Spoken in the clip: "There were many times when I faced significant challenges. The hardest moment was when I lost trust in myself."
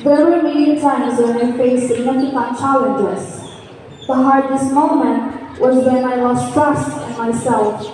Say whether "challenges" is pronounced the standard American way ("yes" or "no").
no